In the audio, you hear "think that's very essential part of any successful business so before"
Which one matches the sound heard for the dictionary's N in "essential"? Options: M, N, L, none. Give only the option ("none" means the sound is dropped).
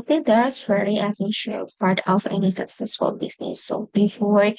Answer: none